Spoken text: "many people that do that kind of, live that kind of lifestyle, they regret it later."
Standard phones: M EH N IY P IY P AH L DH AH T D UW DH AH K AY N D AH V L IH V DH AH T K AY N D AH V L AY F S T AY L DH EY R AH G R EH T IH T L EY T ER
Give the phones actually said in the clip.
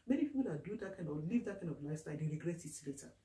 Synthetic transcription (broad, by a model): M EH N IY P IY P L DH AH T D UW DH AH K AY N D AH L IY V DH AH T K AY N D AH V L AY S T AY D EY R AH G R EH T IH T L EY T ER